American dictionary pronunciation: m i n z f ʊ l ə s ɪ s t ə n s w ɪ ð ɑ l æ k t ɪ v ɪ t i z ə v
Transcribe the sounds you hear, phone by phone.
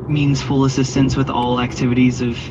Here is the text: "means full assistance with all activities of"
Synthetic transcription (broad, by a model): m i n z f ʊ l ə s ɪ s t ə n s w ɪ ð ɑ l æ k t ɪ v ɪ t i z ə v